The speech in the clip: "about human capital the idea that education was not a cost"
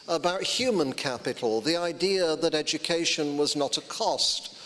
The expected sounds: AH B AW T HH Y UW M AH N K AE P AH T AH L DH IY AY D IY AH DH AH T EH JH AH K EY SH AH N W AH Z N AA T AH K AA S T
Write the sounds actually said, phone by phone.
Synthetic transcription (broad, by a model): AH B AW T HH Y UW M AH N K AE P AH T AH L DH IY AY D IY AH DH AH T EH JH AH K EY SH AH N W AH Z N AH T AH K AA S T